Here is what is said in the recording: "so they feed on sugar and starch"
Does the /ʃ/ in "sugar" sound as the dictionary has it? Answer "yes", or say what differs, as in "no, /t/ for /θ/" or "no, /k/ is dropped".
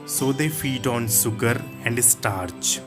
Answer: no, /s/ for /ʃ/